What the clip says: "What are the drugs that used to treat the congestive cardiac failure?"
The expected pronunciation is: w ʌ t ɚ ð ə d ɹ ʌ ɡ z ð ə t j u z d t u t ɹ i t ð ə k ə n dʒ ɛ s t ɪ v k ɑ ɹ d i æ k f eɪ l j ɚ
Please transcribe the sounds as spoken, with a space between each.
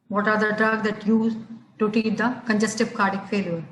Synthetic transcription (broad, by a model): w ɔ t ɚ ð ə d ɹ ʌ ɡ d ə t j u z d t u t i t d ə k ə n dʒ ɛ s t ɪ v k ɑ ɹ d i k f eɪ l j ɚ